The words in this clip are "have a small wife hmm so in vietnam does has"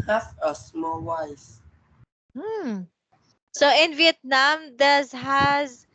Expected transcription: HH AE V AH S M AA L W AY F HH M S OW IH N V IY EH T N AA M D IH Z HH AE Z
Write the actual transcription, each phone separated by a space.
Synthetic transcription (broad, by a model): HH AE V AH S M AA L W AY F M S OW IH N V IY EH T N AA M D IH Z HH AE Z